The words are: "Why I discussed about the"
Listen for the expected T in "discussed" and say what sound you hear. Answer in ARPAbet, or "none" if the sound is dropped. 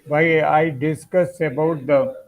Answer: none